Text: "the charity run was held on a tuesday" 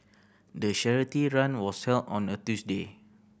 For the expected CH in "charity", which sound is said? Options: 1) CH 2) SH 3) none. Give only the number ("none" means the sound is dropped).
2